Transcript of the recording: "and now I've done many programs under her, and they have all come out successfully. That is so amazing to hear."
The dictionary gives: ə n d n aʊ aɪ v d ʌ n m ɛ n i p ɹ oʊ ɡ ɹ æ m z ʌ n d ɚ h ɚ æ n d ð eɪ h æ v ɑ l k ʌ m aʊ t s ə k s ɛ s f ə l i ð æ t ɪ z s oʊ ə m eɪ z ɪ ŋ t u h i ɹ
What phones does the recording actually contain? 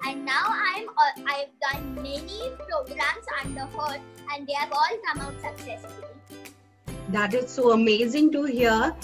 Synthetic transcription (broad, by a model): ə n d n aʊ aɪ v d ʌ n m ɛ n i p ɹ oʊ ɡ ɹ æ m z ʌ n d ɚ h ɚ æ n d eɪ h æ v ɑ l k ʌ m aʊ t s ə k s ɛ s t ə i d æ t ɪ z s oʊ ə m eɪ z ɪ ŋ t u h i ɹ